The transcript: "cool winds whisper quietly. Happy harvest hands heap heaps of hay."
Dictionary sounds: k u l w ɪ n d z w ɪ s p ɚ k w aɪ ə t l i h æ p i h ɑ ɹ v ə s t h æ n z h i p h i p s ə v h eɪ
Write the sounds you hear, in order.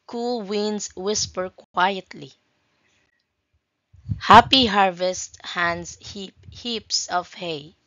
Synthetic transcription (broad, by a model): k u l w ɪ n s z w ɪ s p ɚ k w aɪ ə t l i h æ p i h ɑ ɹ v ə s t h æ n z h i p h i p s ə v h eɪ